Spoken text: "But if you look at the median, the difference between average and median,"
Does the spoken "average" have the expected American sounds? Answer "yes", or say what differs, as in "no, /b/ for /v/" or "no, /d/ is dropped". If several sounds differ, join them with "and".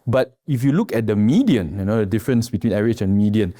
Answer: no, /v/ is dropped